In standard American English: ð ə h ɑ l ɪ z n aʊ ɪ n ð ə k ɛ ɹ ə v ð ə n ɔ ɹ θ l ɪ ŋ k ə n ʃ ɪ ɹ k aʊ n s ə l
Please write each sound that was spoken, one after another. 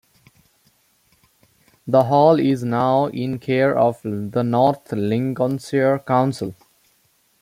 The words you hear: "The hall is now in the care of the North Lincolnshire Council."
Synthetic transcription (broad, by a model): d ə h ɑ l ɪ z n aʊ ɪ n k ɛ ɹ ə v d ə n ɔ ɹ t l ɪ ŋ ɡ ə n s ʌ ɹ k aʊ n s ə l